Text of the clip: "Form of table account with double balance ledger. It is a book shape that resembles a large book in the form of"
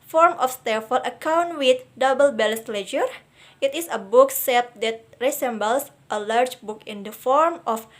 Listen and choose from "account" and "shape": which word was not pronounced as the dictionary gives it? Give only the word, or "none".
shape